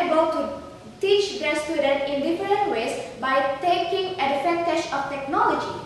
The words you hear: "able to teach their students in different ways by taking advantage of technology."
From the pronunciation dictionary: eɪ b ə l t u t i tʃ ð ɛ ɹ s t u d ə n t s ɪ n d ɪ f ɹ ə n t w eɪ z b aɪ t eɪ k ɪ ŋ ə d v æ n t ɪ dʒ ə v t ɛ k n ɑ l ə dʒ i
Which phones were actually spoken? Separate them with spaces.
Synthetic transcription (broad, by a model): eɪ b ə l t u t i tʃ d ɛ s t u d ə n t ɪ n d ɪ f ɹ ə n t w eɪ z b aɪ t eɪ k ɪ ŋ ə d f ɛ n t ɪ ʃ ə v t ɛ k n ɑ l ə dʒ i